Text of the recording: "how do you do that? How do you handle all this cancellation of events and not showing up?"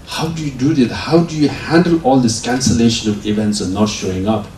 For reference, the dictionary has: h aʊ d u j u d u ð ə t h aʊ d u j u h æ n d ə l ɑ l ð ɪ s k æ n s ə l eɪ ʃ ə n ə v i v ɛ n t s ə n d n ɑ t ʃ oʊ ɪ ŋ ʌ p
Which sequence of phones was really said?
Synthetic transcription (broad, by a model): h aʊ d u j u d u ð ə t h aʊ d u j u h æ n d ə l ɑ l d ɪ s k æ n s ə l eɪ ʃ ə n ə v i v ɛ n t s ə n n ɑ t ʃ oʊ ɪ ŋ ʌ p